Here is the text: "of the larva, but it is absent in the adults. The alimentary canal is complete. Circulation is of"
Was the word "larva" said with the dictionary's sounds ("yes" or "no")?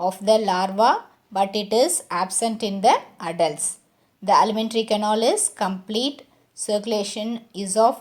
yes